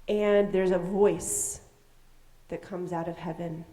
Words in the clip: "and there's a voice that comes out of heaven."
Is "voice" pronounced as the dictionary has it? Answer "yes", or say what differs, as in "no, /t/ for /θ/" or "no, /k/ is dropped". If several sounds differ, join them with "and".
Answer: yes